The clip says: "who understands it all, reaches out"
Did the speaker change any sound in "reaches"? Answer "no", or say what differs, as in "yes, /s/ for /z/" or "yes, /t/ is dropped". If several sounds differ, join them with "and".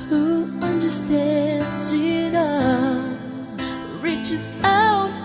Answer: no